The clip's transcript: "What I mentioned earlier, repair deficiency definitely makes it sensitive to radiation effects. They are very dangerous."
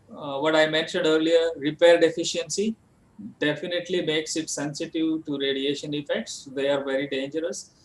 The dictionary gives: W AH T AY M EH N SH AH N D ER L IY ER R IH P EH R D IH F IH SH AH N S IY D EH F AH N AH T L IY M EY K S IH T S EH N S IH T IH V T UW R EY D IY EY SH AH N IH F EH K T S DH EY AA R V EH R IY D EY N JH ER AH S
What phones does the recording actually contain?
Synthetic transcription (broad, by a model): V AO T AY M EH N SH AH N D ER L IY ER R IH P EH R D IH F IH SH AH N S IY D EH F AH N AH T L IY M EY K S IH T S EH N S IH T IH V T UW R EY D IY EY SH AH N IH F EH K T S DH EY AA R V EH R IY D EY N JH ER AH S